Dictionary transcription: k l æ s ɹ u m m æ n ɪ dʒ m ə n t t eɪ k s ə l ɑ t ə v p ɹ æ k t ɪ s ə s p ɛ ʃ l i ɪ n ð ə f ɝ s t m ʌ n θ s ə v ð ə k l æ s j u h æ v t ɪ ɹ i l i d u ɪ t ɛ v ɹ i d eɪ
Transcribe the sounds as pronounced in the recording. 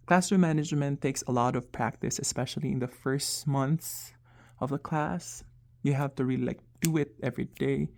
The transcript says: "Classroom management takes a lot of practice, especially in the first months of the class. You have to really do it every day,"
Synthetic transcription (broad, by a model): k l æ s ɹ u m m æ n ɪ dʒ m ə n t t eɪ k s ə l ɑ t ə v p ɹ æ k t ɪ s ə s p ɛ ʃ l i ɪ n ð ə f ɝ s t m ʌ n θ s ə v ð ə k l æ s j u h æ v t ɪ ɹ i l i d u ɪ t ɛ v ɹ i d eɪ